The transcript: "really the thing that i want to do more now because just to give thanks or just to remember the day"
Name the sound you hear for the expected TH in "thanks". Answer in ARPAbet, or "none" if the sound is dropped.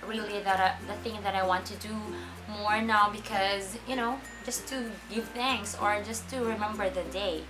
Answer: TH